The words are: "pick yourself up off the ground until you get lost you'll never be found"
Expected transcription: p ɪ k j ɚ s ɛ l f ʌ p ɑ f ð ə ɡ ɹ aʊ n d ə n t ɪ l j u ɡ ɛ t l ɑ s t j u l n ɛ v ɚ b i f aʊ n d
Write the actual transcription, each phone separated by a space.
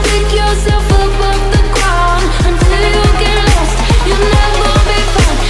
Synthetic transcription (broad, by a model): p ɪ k j ɚ s ɛ l f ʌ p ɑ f ð ə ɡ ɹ aʊ n ə n t ɪ l j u ɡ ɛ t l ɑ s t j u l n ɛ v ɚ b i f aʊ